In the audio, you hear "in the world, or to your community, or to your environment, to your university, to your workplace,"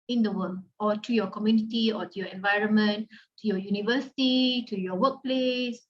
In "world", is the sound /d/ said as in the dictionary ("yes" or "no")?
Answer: no